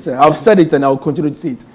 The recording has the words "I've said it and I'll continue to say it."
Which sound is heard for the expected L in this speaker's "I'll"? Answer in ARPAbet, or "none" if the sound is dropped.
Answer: W